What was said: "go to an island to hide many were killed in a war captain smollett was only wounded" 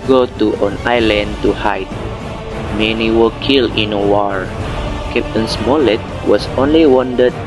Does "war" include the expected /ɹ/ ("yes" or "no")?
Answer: yes